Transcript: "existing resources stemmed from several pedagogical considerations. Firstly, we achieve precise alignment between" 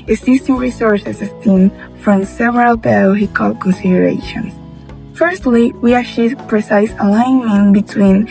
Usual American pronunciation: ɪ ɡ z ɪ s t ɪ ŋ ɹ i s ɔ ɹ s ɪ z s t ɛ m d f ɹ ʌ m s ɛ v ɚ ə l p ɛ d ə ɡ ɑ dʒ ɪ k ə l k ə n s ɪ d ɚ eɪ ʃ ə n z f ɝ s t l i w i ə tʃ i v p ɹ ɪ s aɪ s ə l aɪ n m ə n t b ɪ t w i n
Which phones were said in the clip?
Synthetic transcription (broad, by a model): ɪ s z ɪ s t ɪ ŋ ɹ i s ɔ ɹ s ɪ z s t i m f ɹ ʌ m s ɛ v ɚ ə l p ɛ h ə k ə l k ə n s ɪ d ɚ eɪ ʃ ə n f ɝ s t l i w i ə ʃ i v p ɹ ɪ s aɪ s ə l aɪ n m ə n b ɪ t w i n